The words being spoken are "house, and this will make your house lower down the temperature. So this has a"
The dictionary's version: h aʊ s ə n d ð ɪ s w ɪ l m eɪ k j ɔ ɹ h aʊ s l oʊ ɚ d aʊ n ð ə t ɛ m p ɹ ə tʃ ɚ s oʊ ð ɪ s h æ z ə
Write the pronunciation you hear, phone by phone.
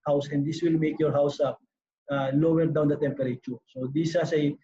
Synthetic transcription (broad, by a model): h aʊ s ə n d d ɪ s w ɪ l m eɪ k j ɔ ɹ h aʊ s l oʊ ɚ d aʊ n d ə t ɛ m p ɹ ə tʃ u s oʊ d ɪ s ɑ s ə